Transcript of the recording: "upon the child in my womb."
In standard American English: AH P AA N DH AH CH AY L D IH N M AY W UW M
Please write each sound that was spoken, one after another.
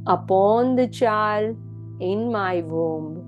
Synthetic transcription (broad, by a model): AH P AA N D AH CH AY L IH N M AY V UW M